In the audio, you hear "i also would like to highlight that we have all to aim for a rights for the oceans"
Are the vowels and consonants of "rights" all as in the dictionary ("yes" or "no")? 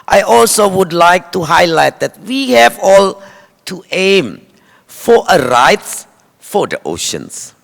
yes